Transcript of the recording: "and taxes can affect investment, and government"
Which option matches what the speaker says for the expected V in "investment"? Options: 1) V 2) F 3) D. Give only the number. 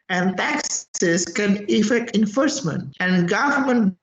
2